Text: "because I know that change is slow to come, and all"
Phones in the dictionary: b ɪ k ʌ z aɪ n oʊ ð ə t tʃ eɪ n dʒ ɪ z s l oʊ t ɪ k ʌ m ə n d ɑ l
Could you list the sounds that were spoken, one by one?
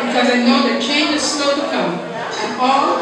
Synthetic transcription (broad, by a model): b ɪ k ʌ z aɪ n oʊ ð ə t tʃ eɪ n ɪ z s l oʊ t ɪ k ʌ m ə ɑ l